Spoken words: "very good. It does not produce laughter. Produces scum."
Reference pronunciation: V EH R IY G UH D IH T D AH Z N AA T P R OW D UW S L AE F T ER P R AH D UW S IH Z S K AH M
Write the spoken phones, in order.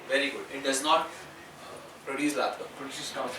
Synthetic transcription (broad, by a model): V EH R IY G UH D IH T D AH Z N AA T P R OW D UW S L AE T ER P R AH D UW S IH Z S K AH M